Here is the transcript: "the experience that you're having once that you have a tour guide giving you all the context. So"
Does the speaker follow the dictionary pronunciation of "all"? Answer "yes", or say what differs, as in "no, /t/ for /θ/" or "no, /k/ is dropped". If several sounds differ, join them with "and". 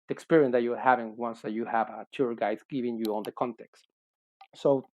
no, /n/ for /l/